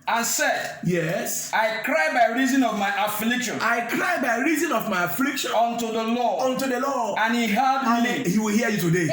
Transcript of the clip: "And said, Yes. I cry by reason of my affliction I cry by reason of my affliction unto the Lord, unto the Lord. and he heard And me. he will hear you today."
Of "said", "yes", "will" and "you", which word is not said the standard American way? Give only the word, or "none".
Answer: none